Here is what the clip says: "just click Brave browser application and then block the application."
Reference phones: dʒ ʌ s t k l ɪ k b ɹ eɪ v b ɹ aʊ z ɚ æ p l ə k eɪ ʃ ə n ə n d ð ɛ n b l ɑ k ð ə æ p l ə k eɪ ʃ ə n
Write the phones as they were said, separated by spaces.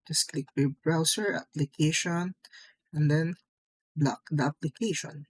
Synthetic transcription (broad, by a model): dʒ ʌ s k l ɪ k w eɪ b ɹ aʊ s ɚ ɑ p l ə k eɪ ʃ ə n ə n d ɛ n b l ɑ k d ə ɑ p l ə k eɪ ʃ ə n